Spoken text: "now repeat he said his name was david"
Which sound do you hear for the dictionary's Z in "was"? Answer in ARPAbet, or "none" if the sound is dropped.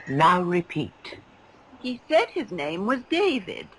Z